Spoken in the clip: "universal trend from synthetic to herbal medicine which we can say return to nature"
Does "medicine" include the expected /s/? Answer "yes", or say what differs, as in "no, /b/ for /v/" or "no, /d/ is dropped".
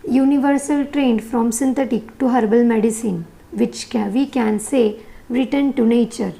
yes